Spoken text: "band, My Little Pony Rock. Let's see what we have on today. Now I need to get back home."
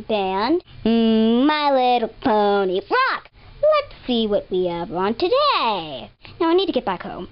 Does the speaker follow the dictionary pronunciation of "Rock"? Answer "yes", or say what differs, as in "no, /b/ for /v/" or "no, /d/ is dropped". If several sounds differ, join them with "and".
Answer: yes